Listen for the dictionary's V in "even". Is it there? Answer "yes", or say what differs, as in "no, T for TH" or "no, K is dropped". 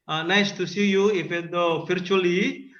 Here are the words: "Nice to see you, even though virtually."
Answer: no, F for V